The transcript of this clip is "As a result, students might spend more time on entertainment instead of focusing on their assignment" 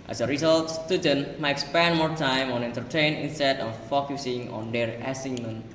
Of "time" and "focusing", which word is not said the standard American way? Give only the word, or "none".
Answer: none